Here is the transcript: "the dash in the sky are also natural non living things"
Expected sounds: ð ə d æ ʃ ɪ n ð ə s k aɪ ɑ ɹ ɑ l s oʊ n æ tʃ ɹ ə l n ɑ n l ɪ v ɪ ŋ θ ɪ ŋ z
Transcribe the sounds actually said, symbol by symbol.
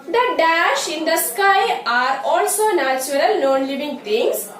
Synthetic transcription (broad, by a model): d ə d æ ʃ ɪ n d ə s k aɪ ɑ ɹ ɑ l s oʊ n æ tʃ ɹ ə l n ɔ n l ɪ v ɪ ŋ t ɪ ŋ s